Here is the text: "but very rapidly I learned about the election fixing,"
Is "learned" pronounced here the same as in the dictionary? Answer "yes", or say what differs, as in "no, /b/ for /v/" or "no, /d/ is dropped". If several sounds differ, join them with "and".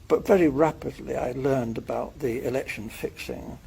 yes